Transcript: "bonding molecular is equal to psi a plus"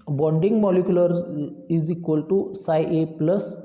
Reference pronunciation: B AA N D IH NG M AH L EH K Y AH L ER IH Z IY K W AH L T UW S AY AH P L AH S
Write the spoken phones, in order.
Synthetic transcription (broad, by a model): B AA N D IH NG M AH L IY K Y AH L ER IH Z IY K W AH L T UW S AY AH P L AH S